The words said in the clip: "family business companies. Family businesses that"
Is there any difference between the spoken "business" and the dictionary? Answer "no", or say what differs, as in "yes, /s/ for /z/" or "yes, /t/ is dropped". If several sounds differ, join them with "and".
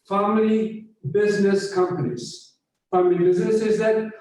no